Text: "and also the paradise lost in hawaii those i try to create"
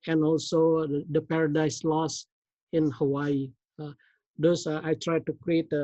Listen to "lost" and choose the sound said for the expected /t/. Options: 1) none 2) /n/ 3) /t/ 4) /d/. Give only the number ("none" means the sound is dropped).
1